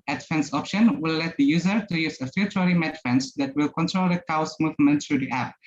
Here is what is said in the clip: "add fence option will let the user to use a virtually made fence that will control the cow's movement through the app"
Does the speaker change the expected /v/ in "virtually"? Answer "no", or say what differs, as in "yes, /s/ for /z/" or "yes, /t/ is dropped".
yes, /f/ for /v/